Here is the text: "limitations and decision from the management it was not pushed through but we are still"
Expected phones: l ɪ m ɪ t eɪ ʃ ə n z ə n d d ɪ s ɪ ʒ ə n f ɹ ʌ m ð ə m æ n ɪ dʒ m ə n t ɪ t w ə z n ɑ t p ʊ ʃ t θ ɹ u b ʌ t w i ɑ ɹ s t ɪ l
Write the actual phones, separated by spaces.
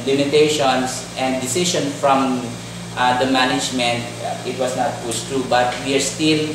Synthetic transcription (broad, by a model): l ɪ m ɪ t eɪ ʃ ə n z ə n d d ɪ s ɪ ʃ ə n f ɹ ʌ m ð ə m æ n ɪ dʒ m ə n t ɪ t w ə s n ɑ t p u s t ɹ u b ʌ t w i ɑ ɹ s t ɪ l